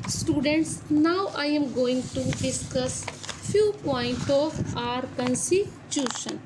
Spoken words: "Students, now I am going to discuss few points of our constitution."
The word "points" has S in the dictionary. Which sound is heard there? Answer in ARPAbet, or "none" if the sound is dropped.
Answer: none